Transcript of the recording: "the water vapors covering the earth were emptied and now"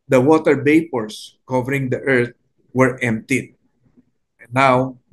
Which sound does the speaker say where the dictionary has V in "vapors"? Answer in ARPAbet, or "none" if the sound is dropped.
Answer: B